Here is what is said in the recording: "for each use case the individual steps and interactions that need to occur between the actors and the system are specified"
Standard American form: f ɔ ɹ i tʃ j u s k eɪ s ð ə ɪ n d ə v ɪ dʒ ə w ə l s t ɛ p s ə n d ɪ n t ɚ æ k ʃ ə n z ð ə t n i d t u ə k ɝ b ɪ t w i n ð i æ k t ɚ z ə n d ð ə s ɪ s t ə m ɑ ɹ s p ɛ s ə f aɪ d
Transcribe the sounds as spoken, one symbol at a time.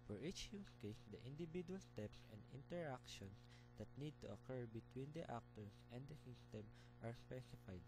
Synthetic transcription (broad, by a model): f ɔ ɹ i tʃ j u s k eɪ s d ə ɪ n d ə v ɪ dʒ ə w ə l s t ɛ p s ə n d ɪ n t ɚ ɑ k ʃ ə n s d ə t n i d t u ə k ɝ b ɪ t w i n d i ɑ k t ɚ s ə n d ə s ɪ s t ə m ɑ ɹ s p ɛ s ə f aɪ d